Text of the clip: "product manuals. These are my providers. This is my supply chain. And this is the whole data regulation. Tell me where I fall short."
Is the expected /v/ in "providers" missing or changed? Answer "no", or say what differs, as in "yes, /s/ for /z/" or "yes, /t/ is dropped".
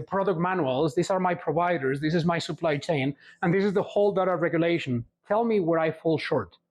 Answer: no